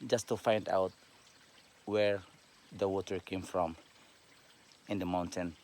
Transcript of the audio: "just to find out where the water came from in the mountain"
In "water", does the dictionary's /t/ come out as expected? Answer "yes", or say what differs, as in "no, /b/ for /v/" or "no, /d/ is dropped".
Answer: yes